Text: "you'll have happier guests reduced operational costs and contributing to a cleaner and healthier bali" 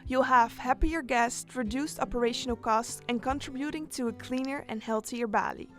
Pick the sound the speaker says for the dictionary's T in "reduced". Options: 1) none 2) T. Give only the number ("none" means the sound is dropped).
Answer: 2